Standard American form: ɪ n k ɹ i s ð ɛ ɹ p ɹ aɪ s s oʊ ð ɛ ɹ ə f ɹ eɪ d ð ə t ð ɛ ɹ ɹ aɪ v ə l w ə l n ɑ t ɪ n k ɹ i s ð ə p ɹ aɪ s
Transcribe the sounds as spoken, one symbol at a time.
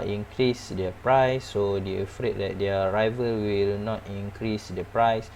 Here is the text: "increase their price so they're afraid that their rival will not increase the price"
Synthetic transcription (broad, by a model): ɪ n k ɹ i s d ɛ p ɹ aɪ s s oʊ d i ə f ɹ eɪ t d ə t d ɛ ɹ ɹ aɪ v ə l w ə l n ɑ t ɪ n k ɹ i s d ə p ɹ aɪ s